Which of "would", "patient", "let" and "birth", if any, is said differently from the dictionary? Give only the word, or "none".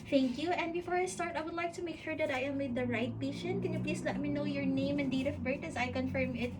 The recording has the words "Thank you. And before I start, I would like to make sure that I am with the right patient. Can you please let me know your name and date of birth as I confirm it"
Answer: birth